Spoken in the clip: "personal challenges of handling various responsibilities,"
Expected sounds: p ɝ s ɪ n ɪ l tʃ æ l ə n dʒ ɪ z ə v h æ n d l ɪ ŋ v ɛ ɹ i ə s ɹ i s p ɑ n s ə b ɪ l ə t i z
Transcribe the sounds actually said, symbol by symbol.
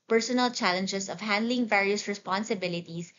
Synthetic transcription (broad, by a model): p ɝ s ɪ n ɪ l tʃ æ l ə n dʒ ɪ s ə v h æ n d l ɪ ŋ v ɛ ɹ i ə s ɹ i s p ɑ n s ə b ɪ l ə t i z